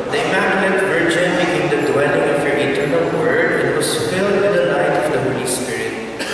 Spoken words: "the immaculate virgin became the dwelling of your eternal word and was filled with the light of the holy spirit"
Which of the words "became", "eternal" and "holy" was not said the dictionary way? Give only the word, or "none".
became